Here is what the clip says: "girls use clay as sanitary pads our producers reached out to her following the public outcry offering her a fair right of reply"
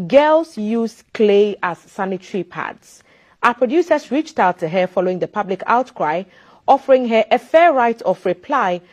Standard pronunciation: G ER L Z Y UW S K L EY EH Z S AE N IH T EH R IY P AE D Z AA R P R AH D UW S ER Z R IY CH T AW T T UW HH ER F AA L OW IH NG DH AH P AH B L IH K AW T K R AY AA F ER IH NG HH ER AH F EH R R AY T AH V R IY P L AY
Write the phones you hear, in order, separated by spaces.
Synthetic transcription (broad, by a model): G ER L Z Y UW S K L EY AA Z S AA N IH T R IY P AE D S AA P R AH D UW S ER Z R IY CH T AW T T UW HH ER F AA L OW IH NG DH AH P AH B L IH K AW T K R AY AA F ER IH NG HH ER AH F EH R R AY T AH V R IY P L AY